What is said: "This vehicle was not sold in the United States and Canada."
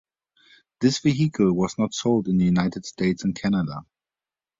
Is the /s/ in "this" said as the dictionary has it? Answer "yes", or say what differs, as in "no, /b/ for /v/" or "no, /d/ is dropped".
yes